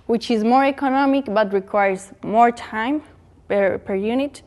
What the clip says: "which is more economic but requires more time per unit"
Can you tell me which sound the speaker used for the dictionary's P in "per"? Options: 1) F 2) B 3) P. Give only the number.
3